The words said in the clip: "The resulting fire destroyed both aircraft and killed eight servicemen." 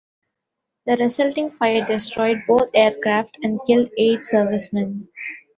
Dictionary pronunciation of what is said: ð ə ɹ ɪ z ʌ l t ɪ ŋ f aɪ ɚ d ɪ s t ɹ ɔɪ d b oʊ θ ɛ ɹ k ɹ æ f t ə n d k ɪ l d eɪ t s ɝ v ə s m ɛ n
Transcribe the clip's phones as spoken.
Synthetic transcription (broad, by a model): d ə ɹ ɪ s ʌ l t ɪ ŋ f aɪ ɚ d ɪ s t ɹ ɔɪ d b oʊ t ɛ ɹ k ɹ æ f t ə n d k ɪ l d eɪ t s ɝ v ə s m ɛ n